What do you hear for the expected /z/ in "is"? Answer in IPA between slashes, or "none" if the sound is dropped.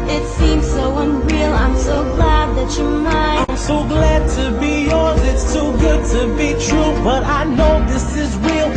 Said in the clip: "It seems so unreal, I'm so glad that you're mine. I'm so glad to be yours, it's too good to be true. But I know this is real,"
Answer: /z/